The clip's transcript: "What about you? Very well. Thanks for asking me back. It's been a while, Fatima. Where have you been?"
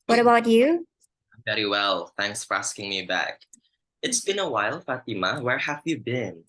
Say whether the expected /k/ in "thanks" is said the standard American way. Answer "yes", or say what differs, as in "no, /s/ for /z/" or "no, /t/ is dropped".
yes